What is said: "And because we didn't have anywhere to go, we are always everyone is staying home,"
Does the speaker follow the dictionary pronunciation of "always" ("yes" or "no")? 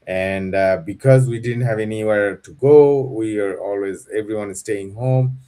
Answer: yes